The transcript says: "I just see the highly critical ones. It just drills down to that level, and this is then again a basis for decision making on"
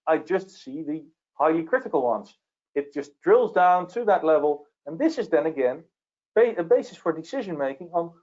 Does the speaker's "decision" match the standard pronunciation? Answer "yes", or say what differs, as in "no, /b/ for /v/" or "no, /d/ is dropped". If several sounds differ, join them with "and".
yes